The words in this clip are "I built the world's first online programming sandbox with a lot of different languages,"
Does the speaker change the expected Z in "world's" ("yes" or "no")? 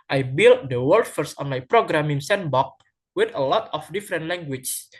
yes